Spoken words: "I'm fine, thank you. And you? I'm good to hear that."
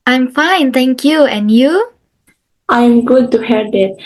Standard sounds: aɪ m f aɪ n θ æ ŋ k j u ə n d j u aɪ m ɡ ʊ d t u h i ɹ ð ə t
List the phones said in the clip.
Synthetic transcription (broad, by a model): aɪ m f aɪ n t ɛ ŋ k j u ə n j u aɪ m ɡ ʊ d t u h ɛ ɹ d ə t